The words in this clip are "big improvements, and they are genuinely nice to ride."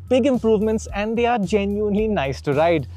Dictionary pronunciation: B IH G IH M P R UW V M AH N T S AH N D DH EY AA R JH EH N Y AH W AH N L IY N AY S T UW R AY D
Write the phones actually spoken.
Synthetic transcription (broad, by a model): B IH G IH M P R UW V M AH N T S AH N D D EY AA R JH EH N Y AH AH N L IY N AY S T UW R AY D